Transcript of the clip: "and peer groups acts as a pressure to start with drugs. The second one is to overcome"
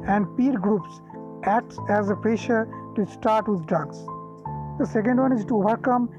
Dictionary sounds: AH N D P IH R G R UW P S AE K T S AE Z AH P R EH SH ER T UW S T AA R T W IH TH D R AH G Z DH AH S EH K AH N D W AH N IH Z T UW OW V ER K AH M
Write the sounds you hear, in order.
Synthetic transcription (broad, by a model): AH N D P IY R G R UW P S AE K T S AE Z AH P R EH SH ER T UW S T AA R T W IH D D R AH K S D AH S EH K AH N D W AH N IH Z T UW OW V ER K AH M